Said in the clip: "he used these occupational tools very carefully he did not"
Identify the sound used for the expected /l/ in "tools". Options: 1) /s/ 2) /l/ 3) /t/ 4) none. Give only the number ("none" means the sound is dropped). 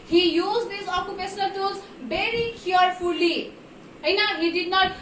4